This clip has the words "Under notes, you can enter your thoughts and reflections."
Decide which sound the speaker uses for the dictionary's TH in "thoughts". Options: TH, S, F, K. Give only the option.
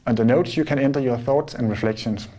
TH